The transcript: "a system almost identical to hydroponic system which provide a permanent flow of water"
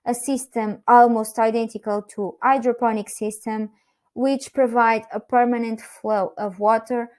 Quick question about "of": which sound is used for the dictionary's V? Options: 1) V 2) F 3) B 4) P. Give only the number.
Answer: 1